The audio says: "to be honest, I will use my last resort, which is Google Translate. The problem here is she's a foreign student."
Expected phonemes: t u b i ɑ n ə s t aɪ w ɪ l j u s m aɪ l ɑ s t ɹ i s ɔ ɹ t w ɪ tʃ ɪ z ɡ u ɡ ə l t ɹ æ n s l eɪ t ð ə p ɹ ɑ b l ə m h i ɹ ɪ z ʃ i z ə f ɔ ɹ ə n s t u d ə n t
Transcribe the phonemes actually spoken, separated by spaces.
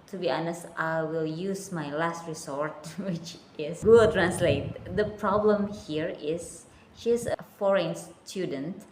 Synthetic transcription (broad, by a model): t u b i ɑ n ə s t aɪ w ɪ l j u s m aɪ l ɑ s t ɹ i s ɔ ɹ t w ɪ tʃ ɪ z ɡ ɡ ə t ɹ æ n s l eɪ t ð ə p ɹ ɑ b l ə m h i ɹ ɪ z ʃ i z ə f ɔ ɹ ə n s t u d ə n t